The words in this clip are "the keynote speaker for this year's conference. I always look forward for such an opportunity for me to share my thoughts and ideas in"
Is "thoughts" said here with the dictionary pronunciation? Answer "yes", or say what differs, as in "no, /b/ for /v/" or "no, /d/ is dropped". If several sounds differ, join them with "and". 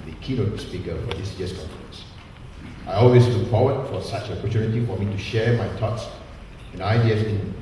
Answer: no, /t/ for /θ/